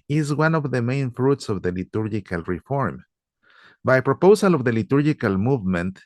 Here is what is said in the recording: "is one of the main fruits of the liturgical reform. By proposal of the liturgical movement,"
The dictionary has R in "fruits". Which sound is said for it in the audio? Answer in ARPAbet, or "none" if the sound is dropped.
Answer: R